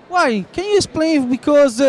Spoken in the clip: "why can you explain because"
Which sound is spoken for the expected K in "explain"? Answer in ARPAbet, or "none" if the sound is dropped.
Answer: none